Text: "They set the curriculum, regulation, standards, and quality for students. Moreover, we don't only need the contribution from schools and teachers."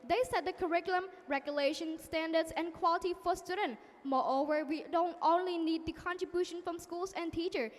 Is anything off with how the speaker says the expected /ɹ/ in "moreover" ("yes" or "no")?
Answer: no